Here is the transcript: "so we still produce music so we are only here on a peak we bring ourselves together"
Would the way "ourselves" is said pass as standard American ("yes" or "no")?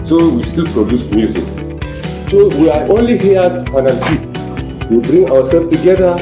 no